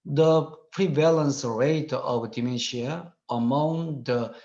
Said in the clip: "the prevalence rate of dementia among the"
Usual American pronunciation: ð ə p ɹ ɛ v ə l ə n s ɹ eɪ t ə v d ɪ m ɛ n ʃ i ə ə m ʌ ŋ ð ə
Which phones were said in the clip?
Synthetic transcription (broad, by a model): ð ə p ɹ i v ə l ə n s ɹ eɪ t ə v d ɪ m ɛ ʃ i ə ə m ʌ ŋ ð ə